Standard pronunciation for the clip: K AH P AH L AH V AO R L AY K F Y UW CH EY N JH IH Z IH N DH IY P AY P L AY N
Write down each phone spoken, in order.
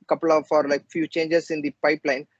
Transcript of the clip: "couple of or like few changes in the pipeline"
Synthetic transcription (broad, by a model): K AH P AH L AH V AO R L AY K F Y UW CH EY N JH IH S IH N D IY P AY P L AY N